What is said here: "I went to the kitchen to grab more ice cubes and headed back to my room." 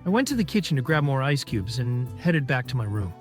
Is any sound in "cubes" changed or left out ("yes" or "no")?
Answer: no